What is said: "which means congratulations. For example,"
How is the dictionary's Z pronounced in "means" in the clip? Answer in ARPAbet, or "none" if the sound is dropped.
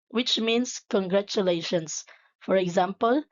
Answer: S